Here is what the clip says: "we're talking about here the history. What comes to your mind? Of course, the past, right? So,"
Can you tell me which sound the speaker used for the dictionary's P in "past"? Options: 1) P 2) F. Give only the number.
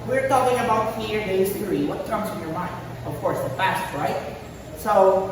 2